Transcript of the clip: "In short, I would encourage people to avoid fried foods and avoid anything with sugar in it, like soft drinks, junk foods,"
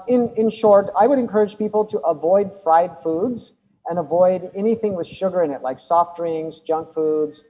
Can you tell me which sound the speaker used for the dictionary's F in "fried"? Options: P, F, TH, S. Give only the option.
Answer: F